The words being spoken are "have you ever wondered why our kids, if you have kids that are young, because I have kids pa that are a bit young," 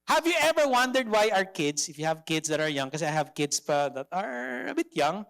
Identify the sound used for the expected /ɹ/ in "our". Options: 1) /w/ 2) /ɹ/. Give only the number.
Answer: 2